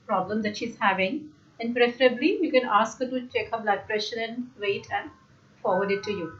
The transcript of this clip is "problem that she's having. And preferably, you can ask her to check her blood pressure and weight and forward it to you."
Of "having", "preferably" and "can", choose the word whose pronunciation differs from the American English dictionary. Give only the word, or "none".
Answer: none